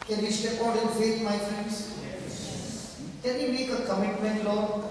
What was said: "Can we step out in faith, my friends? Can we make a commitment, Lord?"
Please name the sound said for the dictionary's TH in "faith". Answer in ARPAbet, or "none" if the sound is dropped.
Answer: S